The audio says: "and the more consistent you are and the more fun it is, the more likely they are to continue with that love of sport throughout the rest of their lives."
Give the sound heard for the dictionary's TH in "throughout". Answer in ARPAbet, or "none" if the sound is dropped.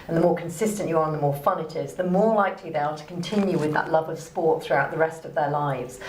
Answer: TH